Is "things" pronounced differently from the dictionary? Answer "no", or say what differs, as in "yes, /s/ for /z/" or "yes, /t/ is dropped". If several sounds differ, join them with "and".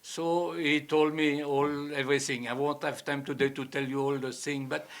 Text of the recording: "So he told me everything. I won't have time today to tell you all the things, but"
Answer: yes, /z/ is dropped